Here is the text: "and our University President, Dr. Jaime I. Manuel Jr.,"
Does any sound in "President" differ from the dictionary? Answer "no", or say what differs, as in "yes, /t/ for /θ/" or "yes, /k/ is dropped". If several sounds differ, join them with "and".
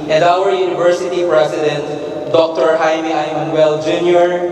yes, /s/ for /z/